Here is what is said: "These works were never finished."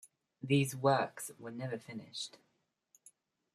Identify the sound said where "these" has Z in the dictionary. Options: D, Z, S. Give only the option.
Z